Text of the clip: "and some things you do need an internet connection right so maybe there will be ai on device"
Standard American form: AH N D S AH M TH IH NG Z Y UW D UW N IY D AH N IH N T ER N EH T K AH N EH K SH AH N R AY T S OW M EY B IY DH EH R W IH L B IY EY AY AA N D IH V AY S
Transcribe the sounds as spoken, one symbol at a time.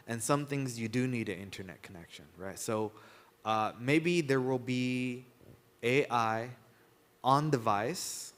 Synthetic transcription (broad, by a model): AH N S AH M TH IH NG Z Y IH D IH N IY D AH IH N T ER N EH T K AH N EH K SH AH N R AY T S OW M EY B IY DH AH R W IH L B IY EY AY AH N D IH V AY S